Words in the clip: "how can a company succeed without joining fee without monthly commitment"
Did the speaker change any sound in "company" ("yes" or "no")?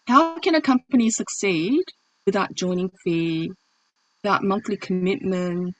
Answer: no